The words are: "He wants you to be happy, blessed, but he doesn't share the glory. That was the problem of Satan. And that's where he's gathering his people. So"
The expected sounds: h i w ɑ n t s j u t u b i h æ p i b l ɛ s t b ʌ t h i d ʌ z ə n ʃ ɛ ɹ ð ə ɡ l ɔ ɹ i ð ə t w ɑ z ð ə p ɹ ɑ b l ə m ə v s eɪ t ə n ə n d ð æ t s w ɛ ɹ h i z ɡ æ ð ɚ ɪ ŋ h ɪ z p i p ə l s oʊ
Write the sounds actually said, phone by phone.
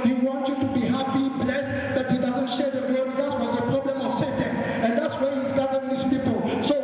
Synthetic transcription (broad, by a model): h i w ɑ n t j u t u b i h æ p i b l ɛ s t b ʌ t h i d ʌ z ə n ʃ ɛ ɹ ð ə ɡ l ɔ w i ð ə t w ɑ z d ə p ɹ ɑ b l ə m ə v s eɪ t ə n ə n d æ t s w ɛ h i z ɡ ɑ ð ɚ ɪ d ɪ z p i p ə l s oʊ